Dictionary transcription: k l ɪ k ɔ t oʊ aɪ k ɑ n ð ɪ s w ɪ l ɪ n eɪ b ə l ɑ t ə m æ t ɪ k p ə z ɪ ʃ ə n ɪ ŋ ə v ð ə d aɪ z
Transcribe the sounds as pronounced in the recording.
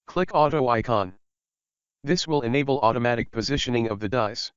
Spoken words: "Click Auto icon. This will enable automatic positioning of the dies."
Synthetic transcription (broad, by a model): k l ɪ k ɔ t oʊ aɪ k ɑ n ð ɪ s w ɪ l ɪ n eɪ b l ɑ t ə m æ t ɪ k p ə z ɪ ʃ ə n ɪ ŋ ə v ð ə d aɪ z